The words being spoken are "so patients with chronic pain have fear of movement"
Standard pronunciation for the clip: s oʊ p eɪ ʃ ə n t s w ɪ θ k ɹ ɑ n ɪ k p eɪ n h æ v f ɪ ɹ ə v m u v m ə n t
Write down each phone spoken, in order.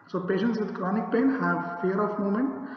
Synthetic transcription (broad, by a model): s oʊ p eɪ ʃ ə n t s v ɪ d k ɹ ɑ n ɪ k p eɪ n h æ v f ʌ ɹ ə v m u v m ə n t